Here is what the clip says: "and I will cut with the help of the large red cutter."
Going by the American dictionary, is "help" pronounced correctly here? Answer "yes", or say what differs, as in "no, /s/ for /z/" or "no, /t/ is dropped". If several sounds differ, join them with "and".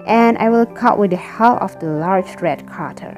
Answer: no, /p/ is dropped